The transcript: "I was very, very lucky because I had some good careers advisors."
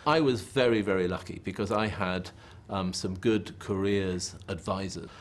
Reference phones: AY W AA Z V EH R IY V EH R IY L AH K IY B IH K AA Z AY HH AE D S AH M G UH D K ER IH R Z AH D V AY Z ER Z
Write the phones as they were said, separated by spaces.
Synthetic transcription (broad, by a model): AY W AA Z V EH R IY V EH R IY L AH K IY B IH K AA Z AY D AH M S AH M G UH D K ER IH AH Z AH D V AY Z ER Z